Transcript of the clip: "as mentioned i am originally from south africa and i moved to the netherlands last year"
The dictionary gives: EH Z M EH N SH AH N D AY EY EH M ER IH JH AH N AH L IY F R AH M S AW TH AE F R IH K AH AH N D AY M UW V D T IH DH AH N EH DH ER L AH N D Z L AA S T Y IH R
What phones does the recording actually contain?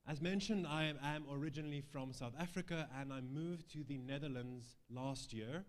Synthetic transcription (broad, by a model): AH Z M EH N SH AH N D AY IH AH M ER IH JH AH N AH L IY F R AH M S AW TH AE F R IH K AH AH N AY M UW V T IH DH AH N EH DH ER L AH N D Z L AA S T Y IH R